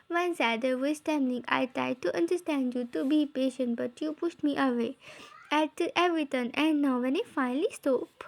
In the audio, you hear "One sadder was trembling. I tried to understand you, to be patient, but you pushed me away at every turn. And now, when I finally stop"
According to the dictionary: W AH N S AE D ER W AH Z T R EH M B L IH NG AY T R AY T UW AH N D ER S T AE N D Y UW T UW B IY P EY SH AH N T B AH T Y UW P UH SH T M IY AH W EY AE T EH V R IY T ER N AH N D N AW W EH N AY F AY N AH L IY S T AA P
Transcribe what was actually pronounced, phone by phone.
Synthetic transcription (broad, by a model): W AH N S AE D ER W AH S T EH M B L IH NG AY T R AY T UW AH N D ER S T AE N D Y UW T UW B IY P EY SH AH N T B AH T Y UW P UH SH T M IY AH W EY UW T EH V R IY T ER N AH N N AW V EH N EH F AY N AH L IY S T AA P